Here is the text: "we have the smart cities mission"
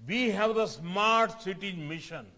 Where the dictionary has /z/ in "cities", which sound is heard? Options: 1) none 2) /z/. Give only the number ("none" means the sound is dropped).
1